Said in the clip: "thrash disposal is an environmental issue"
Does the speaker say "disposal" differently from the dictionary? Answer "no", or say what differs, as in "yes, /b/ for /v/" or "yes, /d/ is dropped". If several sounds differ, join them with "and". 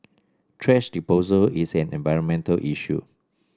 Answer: yes, /s/ is dropped